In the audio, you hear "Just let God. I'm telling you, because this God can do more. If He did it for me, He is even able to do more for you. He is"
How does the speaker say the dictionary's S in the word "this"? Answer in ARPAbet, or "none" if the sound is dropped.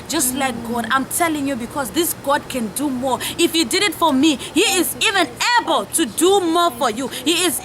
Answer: S